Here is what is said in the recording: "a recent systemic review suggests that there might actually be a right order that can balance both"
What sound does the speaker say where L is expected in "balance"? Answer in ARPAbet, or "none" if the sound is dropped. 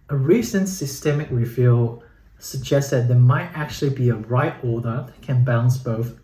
none